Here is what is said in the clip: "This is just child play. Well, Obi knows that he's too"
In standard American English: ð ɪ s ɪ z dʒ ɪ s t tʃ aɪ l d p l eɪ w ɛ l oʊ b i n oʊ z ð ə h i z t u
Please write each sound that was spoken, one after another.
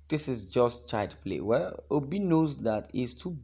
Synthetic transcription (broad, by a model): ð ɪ s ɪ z dʒ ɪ s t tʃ aɪ d p l eɪ w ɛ oʊ b i n oʊ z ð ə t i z t u